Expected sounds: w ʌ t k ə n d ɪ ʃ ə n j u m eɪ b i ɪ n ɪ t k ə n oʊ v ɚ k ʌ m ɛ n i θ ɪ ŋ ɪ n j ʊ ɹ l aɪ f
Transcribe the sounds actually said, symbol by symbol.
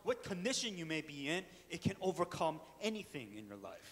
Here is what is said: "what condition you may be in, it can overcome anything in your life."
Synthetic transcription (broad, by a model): w ʌ t k ə n d ɪ ʃ ə n j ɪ m eɪ b i ɪ n ɪ t k ə n oʊ v ɚ k ʌ m ɛ n i θ ɪ ŋ ɪ n j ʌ ɹ l aɪ f